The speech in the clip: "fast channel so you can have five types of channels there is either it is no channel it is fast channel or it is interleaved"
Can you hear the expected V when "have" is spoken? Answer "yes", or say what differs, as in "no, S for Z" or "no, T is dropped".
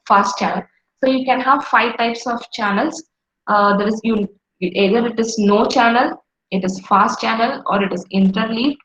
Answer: yes